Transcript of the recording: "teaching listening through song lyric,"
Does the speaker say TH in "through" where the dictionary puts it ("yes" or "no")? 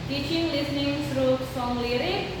no